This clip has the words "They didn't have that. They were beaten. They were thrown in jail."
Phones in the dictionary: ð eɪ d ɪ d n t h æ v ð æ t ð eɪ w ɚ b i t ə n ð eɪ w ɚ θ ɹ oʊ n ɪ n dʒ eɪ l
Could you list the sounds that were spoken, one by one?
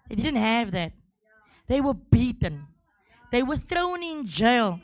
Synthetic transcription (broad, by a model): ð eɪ d ɪ d n t h æ v ð æ t ð eɪ w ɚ b i t ə n ð eɪ w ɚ θ ɹ oʊ n ɪ n dʒ eɪ l